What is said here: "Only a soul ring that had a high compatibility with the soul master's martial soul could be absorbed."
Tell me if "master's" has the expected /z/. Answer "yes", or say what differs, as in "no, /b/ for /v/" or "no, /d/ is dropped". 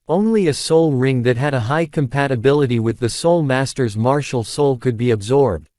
yes